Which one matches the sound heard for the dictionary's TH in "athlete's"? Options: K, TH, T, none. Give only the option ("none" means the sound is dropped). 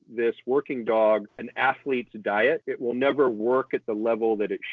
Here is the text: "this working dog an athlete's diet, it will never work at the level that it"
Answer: TH